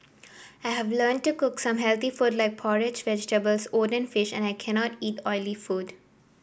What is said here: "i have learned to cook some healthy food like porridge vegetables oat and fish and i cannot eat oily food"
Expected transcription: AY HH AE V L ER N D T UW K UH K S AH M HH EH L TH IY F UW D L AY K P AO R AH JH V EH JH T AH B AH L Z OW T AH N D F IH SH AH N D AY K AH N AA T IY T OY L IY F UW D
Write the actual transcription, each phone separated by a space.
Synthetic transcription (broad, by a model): AY HH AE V L ER N D T UW K UH K S AH M HH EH L T IY F UW D L AY K P AO R AH JH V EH JH T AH B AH L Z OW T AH N F IH SH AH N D AY K AH N AA T IY T OY L IY F UW D